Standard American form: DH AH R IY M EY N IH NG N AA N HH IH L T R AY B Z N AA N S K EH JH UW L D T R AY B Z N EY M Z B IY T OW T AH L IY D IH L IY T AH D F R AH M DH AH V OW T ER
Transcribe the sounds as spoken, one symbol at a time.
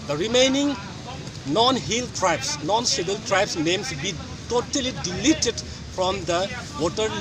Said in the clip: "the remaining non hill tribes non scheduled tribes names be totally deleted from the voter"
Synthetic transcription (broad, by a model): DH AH R IY M EY N IH NG N AA N HH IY L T R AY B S N AA N S EH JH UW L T R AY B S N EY M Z B IY T OW T AH L IY D IH L IY T AH D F R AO M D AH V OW T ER